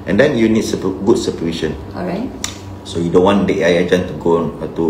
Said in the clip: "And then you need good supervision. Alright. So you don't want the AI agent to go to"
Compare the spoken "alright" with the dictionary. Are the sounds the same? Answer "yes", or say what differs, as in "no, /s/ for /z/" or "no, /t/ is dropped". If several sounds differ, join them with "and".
no, /l/ is dropped